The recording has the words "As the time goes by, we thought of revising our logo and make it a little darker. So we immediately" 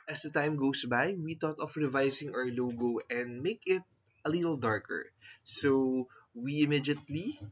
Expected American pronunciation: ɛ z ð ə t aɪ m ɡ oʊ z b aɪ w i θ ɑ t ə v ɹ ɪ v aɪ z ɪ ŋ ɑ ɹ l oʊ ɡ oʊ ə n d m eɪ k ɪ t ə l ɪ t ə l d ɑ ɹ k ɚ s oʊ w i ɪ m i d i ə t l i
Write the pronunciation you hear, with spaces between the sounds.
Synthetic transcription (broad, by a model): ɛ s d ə t aɪ m ɡ oʊ s b aɪ w i t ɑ t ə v ɹ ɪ v aɪ s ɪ ŋ ɑ ɹ l oʊ ɡ oʊ ə n d m eɪ k ɪ t ə l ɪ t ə l d ɑ ɹ k ɚ s oʊ w i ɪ m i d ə t l i